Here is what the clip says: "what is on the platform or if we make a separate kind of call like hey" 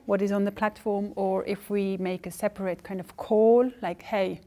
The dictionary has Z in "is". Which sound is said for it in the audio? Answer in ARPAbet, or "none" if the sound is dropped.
Z